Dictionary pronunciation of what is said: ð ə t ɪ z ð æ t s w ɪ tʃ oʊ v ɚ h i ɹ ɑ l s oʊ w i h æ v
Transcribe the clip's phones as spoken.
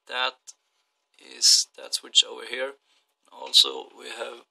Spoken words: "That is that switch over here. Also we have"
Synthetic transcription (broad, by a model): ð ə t ɪ z ð æ t s w ɪ tʃ oʊ v ɚ h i ɹ ɑ l s oʊ w i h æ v